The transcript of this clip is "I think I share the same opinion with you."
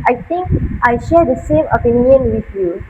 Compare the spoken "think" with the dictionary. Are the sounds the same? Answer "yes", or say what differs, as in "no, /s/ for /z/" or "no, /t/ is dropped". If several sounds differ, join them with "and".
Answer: no, /t/ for /θ/